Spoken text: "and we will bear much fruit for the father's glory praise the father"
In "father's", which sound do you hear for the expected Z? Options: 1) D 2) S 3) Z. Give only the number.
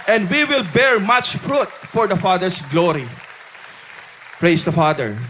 2